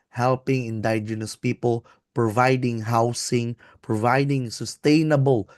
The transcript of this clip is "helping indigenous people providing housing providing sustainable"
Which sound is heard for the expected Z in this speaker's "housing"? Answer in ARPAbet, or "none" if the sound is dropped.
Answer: S